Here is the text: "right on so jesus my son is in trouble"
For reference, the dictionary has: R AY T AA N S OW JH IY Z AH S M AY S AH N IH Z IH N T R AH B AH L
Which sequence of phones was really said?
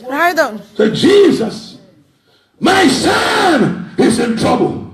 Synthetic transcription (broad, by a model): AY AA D S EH JH IY Z AH S M AY S AH N IH Z IH N T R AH B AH L